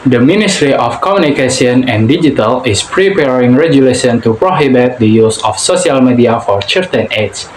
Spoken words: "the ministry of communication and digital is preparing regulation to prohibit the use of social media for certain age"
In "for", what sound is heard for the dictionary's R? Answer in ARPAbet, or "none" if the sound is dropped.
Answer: R